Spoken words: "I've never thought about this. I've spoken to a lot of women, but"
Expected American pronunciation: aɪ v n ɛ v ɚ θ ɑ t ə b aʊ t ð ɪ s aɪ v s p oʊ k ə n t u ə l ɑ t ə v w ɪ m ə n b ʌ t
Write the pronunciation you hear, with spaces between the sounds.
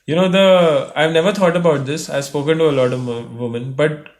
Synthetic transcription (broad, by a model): aɪ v n ɛ v ɚ t ɑ t ə b aʊ t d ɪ s aɪ v s p oʊ k ə n t u ə l ɑ t ə v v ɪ m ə n b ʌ t